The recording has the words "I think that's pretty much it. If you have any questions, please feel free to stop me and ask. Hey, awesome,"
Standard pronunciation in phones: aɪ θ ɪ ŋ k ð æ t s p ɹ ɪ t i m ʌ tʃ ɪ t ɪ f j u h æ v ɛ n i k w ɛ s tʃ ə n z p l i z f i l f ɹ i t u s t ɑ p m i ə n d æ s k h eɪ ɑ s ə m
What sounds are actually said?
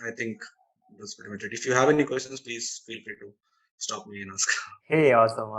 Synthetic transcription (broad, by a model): aɪ t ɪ ŋ k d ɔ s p ɛ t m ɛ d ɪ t ɪ f j u h æ v ɛ n i k w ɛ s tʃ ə n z p l i z f i l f i t u s t ɑ p m i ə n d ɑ s k h eɪ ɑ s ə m